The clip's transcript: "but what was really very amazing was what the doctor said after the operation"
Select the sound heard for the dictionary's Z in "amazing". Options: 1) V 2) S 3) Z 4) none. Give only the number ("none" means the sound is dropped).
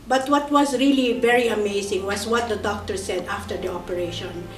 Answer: 2